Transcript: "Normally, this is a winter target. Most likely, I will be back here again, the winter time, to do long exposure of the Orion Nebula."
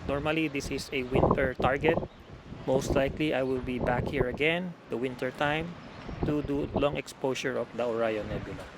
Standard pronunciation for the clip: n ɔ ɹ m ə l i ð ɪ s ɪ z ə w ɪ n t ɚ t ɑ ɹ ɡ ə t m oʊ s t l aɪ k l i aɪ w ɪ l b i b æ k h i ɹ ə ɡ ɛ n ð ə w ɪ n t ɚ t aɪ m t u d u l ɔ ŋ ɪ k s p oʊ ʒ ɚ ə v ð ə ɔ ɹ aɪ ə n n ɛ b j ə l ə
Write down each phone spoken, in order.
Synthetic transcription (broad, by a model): n ɔ ɹ m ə l i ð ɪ s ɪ s ə w ɪ n t ɚ t ɑ ɹ ɡ ə t m oʊ s t l aɪ k l i aɪ w ɪ l b i b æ k h i ɹ ə ɡ ɛ n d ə w ɪ n t ɚ t aɪ m t u d u l ɔ ŋ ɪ k s p oʊ ʃ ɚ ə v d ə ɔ ɹ aɪ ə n n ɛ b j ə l